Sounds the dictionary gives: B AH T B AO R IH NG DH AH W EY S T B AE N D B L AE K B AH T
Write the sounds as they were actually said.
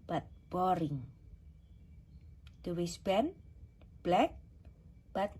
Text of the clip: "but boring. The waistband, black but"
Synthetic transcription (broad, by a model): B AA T B AO R IH NG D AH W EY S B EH N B L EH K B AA T